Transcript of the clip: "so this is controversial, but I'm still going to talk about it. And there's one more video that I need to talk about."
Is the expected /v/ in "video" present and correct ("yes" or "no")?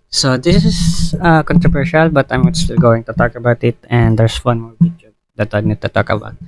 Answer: no